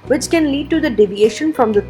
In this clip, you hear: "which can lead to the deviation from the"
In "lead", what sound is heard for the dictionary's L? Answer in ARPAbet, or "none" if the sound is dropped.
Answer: L